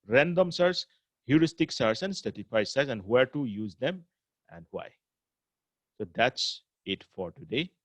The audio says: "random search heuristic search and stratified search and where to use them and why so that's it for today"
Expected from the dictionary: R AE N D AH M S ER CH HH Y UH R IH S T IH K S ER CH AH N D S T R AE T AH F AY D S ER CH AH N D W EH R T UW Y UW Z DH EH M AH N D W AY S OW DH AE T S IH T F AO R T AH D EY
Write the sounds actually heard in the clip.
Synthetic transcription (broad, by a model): R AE N D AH M S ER S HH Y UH R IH S T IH K S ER S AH N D S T EH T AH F AY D S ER S AH N D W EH R T UW Y UW Z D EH M AH N D W AY S OW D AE T S IH T F AO R T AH D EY